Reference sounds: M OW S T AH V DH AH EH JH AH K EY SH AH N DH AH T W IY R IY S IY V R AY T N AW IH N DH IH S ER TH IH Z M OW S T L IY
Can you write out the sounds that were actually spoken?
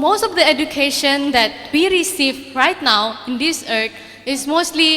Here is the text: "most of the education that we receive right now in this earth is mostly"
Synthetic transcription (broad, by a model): M OW S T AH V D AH EH JH AH K EY SH AH N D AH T W IY R IY S IY V R AY T N AW IH N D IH S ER T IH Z M OW S T L IY